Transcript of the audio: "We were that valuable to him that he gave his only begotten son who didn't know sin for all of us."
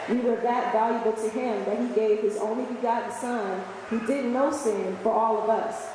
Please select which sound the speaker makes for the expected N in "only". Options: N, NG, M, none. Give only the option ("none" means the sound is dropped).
N